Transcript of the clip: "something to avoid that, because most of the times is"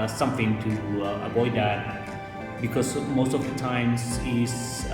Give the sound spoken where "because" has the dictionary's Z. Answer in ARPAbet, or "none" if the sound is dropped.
S